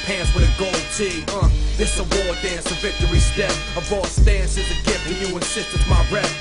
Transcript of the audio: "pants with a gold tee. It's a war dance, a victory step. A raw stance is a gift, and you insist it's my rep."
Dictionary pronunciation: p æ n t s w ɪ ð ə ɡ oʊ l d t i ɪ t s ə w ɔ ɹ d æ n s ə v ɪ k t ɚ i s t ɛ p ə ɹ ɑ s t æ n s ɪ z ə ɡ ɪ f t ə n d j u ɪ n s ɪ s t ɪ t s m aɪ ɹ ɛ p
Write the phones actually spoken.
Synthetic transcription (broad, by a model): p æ n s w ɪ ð ə ɡ oʊ l d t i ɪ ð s ə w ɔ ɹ d æ n s ə v ɪ k t ɚ i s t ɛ ə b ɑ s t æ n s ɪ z ə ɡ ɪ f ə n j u ɪ n s ɪ s t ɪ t m aɪ ɹ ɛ